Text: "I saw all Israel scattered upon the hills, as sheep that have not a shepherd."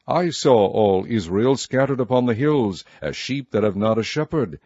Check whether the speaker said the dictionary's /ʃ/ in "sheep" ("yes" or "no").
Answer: yes